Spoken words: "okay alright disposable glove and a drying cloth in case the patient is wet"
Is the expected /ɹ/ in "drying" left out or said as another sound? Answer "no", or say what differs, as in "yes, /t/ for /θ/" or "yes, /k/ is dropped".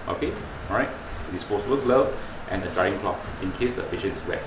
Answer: yes, /ɹ/ is dropped